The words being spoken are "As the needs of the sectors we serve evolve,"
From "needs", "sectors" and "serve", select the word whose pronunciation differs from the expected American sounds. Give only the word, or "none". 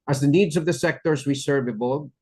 none